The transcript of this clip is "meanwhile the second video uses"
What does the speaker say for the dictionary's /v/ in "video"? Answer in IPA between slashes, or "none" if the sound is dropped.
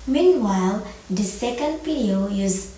/p/